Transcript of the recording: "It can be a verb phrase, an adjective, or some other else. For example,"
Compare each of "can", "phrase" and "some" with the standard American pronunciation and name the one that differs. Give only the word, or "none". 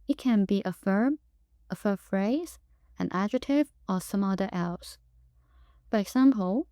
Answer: none